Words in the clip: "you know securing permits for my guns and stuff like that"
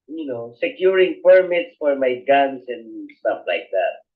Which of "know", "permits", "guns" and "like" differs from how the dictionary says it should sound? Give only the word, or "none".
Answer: guns